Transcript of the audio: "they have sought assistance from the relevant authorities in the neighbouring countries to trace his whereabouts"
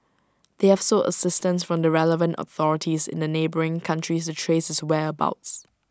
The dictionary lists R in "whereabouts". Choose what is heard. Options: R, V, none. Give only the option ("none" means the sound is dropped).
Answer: none